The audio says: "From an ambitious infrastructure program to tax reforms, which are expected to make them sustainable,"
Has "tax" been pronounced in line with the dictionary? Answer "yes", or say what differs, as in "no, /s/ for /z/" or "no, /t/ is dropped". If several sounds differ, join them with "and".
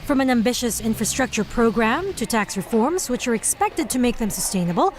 yes